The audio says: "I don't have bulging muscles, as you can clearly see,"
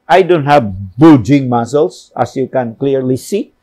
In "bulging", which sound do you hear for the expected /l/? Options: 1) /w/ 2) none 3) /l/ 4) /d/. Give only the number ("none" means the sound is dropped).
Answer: 2